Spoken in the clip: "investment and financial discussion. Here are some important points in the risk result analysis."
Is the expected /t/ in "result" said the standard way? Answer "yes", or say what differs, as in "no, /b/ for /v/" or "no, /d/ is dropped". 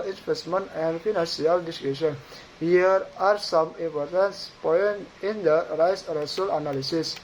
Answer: no, /t/ is dropped